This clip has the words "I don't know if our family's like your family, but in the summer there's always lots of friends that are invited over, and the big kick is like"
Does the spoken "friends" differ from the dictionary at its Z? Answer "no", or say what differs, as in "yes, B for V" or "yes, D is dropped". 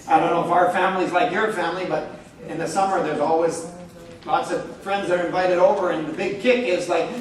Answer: no